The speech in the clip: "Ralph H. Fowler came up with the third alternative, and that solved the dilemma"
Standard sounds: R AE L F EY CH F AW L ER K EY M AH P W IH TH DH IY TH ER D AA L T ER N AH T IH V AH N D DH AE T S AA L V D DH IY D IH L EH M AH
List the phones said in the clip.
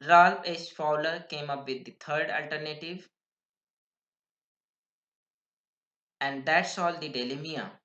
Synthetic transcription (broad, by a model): R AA L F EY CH F AW L ER K EY M AH P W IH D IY T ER D AA L T ER N AH T IH V AH N D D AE T S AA L D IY D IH L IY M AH